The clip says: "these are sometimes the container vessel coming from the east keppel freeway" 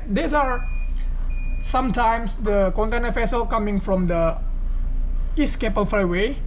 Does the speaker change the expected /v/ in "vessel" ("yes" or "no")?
yes